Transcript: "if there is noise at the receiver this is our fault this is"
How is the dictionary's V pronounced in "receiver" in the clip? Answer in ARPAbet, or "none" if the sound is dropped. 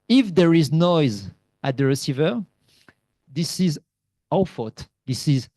V